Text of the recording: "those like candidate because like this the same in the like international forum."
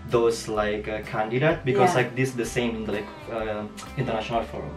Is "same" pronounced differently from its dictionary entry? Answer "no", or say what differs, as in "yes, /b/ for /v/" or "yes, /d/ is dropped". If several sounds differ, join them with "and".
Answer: yes, /m/ is dropped